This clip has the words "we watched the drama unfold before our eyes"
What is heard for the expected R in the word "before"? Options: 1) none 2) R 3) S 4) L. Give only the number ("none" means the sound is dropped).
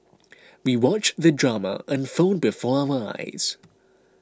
2